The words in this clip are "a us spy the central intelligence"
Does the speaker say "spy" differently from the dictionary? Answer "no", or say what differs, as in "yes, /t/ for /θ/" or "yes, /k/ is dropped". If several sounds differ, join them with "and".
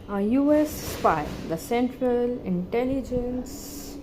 yes, /f/ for /p/